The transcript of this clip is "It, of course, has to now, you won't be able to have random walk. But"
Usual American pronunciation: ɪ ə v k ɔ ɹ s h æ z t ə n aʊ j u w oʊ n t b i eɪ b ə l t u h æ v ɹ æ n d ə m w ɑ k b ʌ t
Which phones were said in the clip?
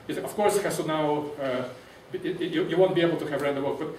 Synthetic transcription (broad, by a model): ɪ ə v k ɔ ɹ s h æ s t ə n aʊ j u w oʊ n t b i eɪ b ə l t u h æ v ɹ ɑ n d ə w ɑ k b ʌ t